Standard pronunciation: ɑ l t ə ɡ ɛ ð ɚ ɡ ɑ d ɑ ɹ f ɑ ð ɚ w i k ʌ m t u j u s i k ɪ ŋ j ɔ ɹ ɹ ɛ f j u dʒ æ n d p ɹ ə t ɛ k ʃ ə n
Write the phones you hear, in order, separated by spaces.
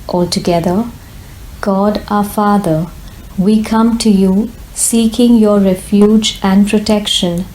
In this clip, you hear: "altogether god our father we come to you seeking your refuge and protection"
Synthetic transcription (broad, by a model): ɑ l t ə ɡ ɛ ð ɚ ɡ ɑ d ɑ f ɑ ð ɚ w i k ʌ m t u j u s i k ɪ ŋ j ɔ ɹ ɹ ɛ f j u dʒ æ n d p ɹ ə t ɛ k ʃ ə n